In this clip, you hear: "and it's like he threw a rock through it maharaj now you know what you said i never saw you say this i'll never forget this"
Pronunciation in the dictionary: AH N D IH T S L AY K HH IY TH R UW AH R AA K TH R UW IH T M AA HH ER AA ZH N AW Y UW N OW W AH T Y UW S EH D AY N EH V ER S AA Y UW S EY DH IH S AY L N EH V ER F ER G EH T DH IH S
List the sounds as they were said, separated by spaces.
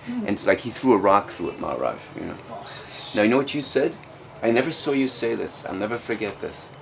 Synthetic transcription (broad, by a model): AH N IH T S L AY K HH IY TH R UW AH R AA K TH R UW IH T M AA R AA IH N N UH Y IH N OW W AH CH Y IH S EH D AY N EH V ER S AA Y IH S EY DH IH S AY L N EH V ER F ER G EH T DH IH S